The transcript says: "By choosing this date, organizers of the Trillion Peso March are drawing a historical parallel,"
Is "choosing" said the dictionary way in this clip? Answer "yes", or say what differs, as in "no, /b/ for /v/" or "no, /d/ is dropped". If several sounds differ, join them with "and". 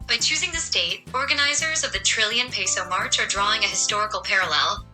yes